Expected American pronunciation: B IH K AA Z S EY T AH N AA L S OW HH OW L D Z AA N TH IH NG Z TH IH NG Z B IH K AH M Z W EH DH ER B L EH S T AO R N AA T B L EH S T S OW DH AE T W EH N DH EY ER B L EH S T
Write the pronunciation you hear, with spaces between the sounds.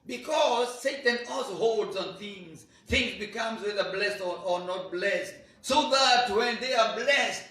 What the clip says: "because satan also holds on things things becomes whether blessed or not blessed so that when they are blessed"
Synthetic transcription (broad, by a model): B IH K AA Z S EY T AH N AA L S OW HH OW L D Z AA N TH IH NG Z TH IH NG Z B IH K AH M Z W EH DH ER B L EH S T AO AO N AA T B L EH S T S OW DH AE T W EH N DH EY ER B L EH S T